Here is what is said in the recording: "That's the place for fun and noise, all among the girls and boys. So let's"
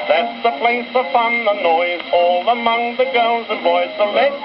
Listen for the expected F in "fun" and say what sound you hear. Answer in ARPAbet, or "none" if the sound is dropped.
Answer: P